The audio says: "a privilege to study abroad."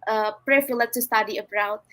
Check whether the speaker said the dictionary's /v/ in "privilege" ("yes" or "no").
no